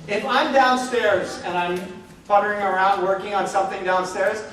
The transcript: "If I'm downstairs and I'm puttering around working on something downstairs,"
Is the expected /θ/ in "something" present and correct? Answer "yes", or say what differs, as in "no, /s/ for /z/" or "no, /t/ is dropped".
yes